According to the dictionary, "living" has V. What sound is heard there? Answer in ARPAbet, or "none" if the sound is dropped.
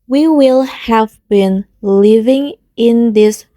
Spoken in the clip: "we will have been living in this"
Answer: V